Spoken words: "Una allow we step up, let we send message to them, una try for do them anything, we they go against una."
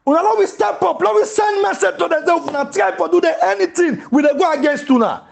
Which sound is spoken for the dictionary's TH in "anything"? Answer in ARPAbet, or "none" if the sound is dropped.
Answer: T